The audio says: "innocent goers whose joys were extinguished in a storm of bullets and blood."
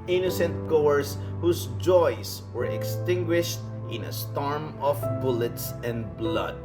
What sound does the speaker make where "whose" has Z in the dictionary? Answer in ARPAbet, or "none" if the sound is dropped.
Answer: S